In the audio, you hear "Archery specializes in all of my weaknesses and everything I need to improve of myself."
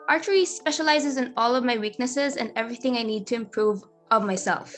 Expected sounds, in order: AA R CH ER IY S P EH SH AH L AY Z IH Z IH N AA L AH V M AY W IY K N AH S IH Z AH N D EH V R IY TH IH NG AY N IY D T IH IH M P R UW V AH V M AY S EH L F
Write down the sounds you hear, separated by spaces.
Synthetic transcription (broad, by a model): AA R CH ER IY S P EH SH AH L AY Z IH Z IH N AA L AH V M AY W IY K N AH S IH Z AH N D EH V R IY TH IH NG AY N IY D T IH IH M P R UW V AH V M AY S EH L F